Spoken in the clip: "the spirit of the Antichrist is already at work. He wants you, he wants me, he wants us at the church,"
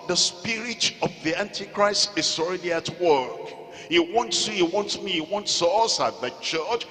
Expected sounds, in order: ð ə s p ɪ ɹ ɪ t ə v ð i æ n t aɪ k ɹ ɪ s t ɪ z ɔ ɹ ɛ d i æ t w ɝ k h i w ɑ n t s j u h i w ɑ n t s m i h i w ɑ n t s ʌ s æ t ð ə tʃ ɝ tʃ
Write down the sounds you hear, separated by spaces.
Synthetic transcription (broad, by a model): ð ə s p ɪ ɹ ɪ t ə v ð i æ n t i k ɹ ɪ s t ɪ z ɔ ɹ ɛ d i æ t w ɝ k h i w ɑ n t s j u h i w ɑ n t s m i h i w ɑ n t s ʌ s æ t ð ə tʃ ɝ tʃ